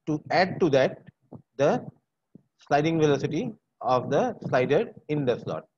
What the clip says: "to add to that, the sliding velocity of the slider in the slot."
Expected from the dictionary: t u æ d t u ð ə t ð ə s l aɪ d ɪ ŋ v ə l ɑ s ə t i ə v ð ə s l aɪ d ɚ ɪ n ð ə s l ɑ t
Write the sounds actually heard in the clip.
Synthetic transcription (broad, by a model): t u æ d t u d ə t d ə s l aɪ d ɪ ŋ v ə l ɑ s ə t i ə v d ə s l aɪ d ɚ ɪ n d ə s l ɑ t